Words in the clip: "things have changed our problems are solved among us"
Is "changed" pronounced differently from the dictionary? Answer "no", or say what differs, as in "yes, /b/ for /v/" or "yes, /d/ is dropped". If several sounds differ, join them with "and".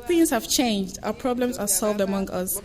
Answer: no